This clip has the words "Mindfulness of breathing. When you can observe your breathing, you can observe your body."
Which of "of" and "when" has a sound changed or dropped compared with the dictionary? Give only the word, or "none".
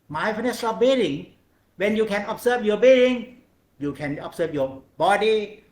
of